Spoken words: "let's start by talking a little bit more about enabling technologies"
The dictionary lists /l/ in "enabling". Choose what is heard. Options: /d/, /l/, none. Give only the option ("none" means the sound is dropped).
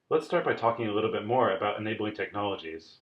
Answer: /l/